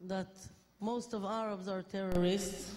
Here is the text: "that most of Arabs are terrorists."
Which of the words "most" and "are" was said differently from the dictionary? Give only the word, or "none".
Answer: none